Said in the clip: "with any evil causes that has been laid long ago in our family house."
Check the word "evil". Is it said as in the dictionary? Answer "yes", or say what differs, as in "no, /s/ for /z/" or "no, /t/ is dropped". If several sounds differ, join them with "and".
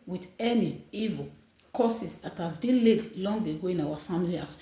yes